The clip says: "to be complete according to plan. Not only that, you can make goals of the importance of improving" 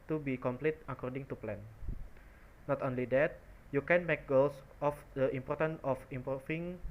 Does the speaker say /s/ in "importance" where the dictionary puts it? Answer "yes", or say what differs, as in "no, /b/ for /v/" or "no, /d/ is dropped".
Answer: no, /s/ is dropped